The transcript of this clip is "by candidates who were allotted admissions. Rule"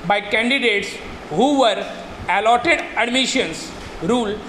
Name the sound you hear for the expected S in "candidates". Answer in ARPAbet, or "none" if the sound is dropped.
S